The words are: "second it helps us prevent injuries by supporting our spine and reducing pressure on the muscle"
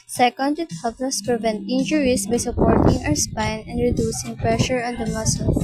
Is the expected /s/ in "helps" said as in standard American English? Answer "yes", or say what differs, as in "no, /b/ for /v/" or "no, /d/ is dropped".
no, /s/ is dropped